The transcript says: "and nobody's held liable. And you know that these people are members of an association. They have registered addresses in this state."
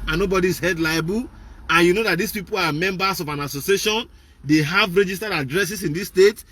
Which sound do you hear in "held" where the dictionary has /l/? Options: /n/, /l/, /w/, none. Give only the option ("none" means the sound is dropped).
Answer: none